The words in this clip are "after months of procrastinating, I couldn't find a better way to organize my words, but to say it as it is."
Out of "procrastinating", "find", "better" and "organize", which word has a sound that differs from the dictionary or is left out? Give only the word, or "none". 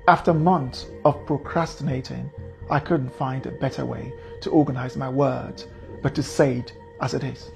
none